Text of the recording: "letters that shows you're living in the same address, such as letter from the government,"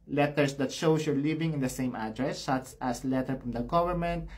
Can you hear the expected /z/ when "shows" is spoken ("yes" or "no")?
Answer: no